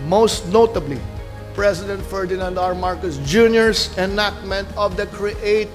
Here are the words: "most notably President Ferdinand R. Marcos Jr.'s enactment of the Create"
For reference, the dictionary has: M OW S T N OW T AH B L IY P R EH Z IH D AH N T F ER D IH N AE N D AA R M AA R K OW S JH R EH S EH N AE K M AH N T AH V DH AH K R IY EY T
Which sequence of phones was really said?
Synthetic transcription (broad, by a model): M OW S T N OW T AH B L IY P R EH S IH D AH N T F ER D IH N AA N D AA R M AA R K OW S JH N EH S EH N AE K M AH N T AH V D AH K R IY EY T